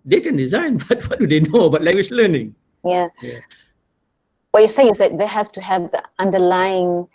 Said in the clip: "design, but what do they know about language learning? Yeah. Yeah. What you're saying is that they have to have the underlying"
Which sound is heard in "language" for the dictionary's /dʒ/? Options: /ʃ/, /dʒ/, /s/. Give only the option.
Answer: /ʃ/